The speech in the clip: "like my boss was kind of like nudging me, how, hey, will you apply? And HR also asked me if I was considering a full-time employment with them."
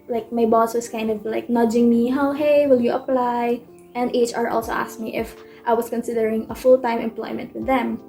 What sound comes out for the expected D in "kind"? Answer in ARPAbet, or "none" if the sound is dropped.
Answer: D